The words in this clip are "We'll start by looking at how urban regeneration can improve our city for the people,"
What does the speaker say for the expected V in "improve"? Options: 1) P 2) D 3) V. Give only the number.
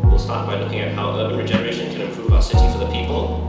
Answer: 3